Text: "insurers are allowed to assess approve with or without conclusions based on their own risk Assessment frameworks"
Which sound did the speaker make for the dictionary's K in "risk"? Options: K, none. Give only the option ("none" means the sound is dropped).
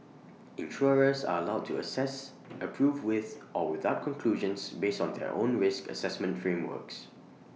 K